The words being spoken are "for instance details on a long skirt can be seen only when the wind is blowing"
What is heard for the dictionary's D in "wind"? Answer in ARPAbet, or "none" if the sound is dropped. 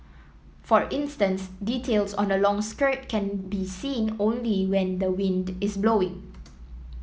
D